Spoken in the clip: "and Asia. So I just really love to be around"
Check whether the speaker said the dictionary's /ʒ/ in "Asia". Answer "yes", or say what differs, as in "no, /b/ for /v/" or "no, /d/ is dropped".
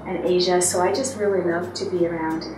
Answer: yes